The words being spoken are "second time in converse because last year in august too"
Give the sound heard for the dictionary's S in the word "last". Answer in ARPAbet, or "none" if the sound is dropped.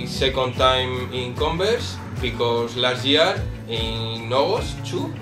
none